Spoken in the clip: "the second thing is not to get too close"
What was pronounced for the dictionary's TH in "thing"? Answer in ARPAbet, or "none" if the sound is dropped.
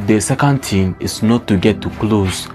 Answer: T